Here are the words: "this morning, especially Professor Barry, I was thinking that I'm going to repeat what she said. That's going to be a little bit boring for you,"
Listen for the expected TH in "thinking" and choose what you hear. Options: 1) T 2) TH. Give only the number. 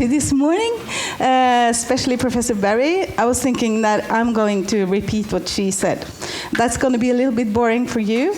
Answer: 2